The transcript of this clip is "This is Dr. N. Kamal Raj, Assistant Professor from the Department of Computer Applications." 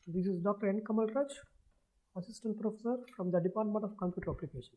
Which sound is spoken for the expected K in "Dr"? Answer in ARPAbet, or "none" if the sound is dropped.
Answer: K